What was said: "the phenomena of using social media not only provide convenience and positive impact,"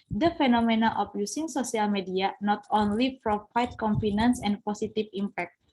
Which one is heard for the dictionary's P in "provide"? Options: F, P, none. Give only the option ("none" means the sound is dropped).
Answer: F